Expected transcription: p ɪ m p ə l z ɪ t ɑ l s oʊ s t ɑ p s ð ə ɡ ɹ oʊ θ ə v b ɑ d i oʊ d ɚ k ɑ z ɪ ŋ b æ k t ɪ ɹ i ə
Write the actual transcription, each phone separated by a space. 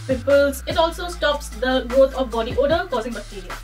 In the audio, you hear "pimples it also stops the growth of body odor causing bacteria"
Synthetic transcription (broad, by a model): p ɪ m p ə l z ɪ t ɑ l s oʊ s t ɑ p s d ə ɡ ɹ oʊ t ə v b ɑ d i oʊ d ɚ k ɑ z ɪ ŋ b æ k t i ɹ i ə